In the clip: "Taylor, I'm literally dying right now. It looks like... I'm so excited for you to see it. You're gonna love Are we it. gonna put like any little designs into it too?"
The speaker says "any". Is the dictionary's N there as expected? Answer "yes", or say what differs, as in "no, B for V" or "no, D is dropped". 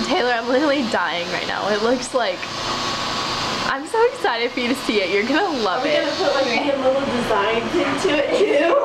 no, N is dropped